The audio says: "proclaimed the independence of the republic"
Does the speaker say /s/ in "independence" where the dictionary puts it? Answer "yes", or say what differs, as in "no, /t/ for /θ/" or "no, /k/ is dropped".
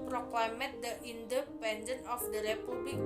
no, /s/ is dropped